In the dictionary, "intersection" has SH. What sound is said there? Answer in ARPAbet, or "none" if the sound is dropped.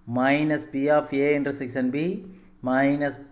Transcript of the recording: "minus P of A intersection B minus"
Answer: S